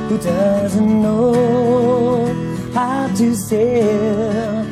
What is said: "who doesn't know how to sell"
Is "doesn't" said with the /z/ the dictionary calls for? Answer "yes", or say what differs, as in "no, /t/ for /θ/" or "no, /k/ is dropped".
yes